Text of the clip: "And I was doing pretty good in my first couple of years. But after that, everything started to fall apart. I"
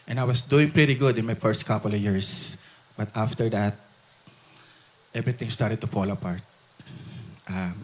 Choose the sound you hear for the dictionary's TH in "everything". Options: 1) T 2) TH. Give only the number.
1